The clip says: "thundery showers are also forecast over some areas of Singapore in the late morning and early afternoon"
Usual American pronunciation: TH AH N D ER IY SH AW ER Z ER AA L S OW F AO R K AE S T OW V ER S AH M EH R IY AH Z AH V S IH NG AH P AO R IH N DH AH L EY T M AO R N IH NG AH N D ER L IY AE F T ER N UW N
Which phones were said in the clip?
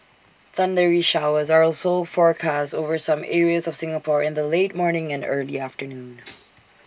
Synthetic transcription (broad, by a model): TH AH N D ER IY SH AW ER Z ER AA L S OW F AO R K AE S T OW V ER S AH M EH R IY AH Z AH V S IH NG AH P AO R IH N DH AH L EY T M AO R N IH NG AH N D ER L IY AE F T ER N UW N